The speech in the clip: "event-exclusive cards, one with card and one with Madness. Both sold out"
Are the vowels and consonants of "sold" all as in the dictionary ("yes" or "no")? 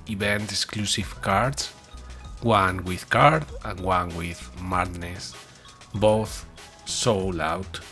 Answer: no